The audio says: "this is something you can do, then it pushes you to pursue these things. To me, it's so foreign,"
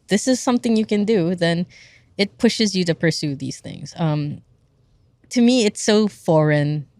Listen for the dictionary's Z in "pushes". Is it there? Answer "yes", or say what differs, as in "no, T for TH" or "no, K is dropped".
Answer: yes